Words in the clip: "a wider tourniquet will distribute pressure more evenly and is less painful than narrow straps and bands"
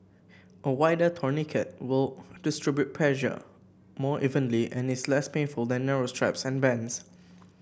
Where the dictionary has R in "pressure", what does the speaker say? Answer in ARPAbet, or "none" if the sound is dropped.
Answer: L